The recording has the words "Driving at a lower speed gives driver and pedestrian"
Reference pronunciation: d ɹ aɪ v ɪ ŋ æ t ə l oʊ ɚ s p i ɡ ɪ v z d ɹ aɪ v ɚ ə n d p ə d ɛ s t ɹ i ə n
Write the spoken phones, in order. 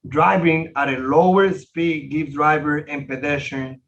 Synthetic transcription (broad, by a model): d ɹ aɪ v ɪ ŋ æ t ə l oʊ ɚ s p i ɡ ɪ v d ɹ aɪ v ɚ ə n p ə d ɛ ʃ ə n